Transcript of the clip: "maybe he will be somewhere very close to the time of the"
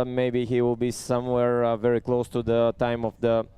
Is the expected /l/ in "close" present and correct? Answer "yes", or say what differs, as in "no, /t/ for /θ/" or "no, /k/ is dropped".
yes